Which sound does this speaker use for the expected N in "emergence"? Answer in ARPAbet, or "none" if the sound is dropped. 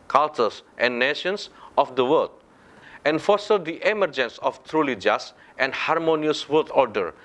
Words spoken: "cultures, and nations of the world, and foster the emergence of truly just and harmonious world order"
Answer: N